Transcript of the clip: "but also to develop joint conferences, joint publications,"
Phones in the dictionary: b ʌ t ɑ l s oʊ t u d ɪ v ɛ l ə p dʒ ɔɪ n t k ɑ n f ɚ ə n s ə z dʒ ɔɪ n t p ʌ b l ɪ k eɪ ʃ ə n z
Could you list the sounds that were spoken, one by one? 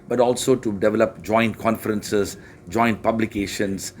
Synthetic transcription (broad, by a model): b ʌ t ɑ l s oʊ t u d ɪ v ɛ l ə p dʒ ɔɪ n t k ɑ n f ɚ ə n s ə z dʒ ɔɪ n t p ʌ b l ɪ k eɪ ʃ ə n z